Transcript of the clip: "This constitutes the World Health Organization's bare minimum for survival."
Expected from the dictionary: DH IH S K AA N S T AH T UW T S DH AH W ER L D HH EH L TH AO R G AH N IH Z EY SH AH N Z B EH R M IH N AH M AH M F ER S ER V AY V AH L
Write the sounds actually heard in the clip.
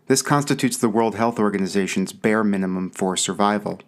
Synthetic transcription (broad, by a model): DH IH S K AA N S T AH T UW T S DH AH W ER L D HH EH L TH AO R G AH N IH Z EY SH AH N Z B EH R M IH N AH M AH M F ER S ER V AY V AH L